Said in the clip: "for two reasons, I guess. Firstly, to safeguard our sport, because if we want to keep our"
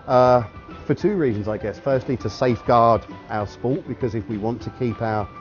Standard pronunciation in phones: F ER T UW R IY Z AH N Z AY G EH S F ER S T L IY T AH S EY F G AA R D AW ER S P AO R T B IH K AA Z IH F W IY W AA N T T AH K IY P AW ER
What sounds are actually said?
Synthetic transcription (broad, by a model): F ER T UW R IY Z AH N Z AY G EH S F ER S T L IY T AH S EY F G AA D AW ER S P AO T B IH K AA Z IH F W IY W AA N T T AH K IY P AW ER